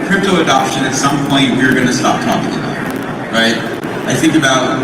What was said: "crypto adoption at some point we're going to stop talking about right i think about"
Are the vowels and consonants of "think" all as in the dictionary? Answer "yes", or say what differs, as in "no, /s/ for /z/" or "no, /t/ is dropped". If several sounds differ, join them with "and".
yes